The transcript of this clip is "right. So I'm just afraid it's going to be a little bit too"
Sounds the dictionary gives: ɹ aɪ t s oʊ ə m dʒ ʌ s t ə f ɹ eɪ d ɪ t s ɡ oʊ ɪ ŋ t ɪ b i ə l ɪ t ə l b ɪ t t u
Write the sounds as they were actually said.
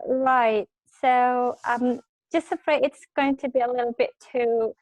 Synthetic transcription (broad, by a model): ɹ aɪ t s oʊ ə m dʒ ʌ s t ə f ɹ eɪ ɪ t s ɡ oʊ ɪ ŋ t ɪ b i ə l ɪ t l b ɪ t t u